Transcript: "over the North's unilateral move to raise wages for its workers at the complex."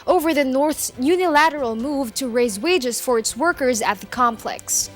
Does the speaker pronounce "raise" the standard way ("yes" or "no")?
yes